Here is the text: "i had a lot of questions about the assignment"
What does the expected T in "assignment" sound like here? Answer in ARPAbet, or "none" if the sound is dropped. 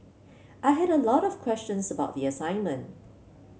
T